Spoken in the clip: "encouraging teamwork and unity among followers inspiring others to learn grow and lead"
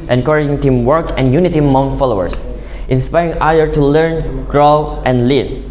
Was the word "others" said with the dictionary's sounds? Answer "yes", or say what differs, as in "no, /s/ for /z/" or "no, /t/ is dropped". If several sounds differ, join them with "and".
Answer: no, /z/ is dropped